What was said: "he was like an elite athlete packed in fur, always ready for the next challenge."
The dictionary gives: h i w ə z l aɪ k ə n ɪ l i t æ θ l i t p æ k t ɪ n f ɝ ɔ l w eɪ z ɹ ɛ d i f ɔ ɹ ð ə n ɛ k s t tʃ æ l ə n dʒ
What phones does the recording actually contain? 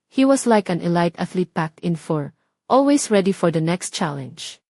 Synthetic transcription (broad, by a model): h i w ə s l aɪ k ə n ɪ l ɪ t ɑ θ l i t p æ k t ɪ n f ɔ ɔ l w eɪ s ɹ ɛ d i f ɔ ɹ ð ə n ɛ k s t tʃ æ l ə n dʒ